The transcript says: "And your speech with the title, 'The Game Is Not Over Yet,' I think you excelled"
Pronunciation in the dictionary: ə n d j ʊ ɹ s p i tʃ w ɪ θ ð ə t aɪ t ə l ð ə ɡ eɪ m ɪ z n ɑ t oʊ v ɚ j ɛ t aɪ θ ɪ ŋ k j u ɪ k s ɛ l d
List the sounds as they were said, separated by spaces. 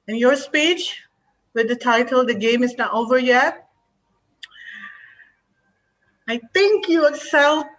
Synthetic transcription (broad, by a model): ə n j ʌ ɹ s p i tʃ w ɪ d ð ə t aɪ t ə l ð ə ɡ eɪ m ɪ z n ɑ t oʊ v ɚ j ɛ aɪ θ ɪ ŋ k j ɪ s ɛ l